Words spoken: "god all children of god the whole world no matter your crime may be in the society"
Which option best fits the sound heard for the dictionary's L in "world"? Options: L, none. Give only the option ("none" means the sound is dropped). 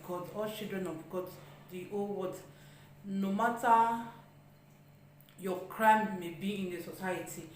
none